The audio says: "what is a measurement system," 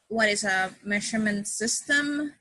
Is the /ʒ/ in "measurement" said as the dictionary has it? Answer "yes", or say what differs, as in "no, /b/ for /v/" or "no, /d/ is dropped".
no, /ʃ/ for /ʒ/